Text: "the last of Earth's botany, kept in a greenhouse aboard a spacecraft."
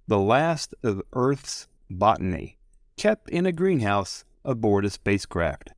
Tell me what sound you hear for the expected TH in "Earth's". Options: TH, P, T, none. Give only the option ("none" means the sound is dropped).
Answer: TH